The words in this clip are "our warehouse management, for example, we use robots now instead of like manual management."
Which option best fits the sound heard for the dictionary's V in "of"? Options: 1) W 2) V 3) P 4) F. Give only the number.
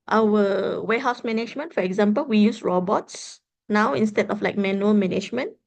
4